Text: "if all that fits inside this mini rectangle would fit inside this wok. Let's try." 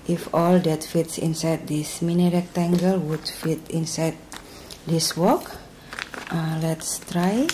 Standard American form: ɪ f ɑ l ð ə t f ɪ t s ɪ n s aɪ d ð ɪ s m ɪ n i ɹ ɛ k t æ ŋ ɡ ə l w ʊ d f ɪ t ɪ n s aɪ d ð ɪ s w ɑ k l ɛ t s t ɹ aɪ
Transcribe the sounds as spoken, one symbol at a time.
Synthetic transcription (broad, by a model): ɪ f ɑ l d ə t f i t s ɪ n s aɪ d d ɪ s m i n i ɹ ɛ k t æ ŋ ɡ ə l w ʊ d f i t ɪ n s aɪ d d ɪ s w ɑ k l ɛ t s t ɹ aɪ